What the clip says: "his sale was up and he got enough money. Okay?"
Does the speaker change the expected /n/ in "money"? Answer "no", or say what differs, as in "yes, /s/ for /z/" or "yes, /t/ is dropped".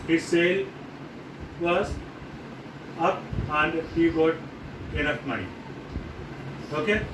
yes, /n/ is dropped